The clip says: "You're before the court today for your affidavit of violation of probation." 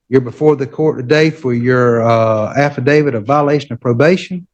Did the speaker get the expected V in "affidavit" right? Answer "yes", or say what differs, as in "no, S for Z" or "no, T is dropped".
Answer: yes